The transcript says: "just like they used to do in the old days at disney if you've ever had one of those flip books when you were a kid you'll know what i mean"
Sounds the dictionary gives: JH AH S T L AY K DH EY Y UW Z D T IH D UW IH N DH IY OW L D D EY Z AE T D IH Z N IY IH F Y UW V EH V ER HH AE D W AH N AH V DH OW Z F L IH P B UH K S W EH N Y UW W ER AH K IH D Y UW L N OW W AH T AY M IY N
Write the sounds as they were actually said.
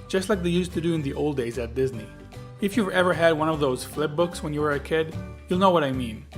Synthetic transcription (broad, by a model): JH AH S T L AY K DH EY Y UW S T IH D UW IH N DH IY OW L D D EY Z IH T D IH Z N IY IH F Y UW V EH V ER HH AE D W AH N AH V DH OW Z F L IH P B UH K S W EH N Y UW W ER AH K IH D Y UW L N OW W AH T AY M IY N